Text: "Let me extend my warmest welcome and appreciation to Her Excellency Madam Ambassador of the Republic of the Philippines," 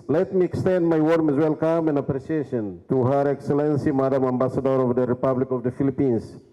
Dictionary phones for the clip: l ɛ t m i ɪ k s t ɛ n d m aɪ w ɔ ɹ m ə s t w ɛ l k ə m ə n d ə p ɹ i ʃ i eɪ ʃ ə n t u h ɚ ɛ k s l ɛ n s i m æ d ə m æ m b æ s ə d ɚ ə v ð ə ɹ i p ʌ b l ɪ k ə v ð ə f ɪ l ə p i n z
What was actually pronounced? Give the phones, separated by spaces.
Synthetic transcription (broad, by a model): l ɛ t m i ɪ k s t ɛ n d m aɪ w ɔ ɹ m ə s w ɛ l k ə m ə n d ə p ɹ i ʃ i eɪ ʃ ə n t u h ɚ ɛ k s l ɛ n s i m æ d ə m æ m b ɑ s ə d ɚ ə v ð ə ɹ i p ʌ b l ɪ k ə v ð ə f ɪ l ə p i n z